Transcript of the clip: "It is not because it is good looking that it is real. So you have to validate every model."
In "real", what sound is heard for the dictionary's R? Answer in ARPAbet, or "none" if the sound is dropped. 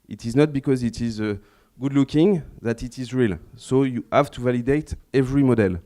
R